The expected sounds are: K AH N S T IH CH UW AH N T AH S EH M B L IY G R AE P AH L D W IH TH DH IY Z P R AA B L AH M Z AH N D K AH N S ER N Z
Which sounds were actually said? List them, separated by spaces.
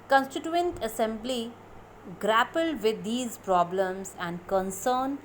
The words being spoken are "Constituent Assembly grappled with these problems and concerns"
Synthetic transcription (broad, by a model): K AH N S T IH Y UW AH N T AH S EH M B L IY G R AE P AH L D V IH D IY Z P R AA B L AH M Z AH N D K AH N S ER N